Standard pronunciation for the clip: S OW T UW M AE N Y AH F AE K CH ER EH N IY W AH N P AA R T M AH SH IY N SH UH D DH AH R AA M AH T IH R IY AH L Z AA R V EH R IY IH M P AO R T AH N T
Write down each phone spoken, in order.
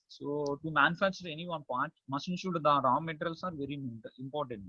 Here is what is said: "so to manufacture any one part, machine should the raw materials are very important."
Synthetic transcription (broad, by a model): S OW T UW M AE N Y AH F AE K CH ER EH N IY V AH N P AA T M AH S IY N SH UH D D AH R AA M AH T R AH L S AA R V EH R IY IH M P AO R T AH N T